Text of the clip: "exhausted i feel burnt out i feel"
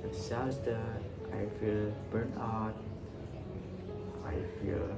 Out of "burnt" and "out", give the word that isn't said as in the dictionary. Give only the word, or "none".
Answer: burnt